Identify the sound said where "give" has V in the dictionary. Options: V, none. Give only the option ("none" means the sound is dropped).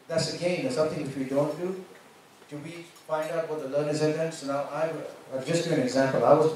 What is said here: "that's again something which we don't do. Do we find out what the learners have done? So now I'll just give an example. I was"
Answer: none